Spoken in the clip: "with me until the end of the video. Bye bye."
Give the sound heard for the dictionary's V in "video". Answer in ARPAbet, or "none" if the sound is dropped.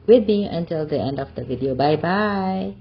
V